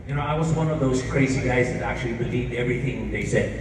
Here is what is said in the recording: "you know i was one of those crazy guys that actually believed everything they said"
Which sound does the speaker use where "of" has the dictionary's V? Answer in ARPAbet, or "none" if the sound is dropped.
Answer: V